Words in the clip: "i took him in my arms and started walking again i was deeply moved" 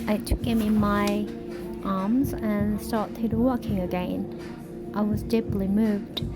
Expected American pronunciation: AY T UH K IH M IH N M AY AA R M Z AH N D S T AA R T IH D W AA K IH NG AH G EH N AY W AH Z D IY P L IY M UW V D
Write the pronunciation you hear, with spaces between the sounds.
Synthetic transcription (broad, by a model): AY T UH K IH M IH N M AY AA R M Z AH N S T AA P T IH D W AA K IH NG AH G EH N AY W AH Z D IY P L IY M UW V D